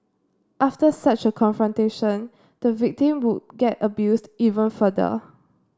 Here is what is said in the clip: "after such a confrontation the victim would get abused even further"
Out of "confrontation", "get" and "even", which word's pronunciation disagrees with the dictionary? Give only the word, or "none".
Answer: none